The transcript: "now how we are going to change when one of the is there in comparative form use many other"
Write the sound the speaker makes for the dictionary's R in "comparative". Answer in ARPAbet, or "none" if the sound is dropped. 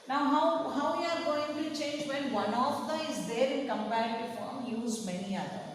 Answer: none